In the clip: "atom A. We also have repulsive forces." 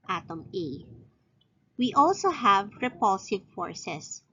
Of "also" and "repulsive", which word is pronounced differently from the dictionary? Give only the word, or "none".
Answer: none